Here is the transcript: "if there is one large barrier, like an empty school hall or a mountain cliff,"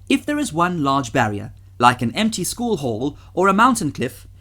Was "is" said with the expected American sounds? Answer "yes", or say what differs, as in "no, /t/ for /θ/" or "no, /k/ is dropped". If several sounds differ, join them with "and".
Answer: yes